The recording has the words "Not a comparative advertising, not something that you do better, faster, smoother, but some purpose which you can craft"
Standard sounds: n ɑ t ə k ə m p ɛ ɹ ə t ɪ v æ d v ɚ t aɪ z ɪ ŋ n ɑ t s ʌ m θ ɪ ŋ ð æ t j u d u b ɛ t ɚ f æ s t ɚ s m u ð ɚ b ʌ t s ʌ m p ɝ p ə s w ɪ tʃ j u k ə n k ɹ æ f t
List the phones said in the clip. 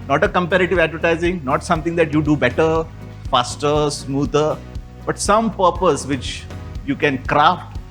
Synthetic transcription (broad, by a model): n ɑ t ə k ə m p ɛ ɹ ə t ɪ v æ d v ɚ t aɪ z ɪ ŋ n ɑ t s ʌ m t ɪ ŋ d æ t j u d u b ɛ t ɚ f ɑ s t ɚ s m u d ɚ b ʌ t s ʌ m p ɝ p ə s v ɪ tʃ j u k ə n k ɹ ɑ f t